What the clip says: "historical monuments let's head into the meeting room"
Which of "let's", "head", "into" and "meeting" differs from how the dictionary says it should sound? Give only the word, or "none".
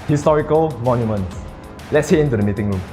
head